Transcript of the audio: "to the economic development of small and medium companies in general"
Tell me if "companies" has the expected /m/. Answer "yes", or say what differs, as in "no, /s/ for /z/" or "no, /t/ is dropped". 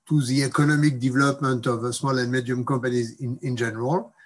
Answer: no, /m/ is dropped